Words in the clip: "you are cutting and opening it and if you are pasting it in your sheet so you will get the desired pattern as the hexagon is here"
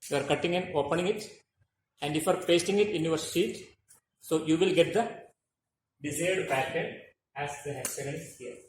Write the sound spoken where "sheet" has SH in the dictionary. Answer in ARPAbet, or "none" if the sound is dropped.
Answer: S